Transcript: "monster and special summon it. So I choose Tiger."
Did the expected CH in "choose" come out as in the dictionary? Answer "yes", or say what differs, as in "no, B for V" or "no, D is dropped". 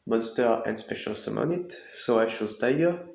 no, SH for CH